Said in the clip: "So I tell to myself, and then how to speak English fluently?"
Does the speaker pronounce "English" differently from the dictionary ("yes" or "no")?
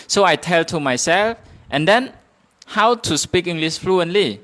yes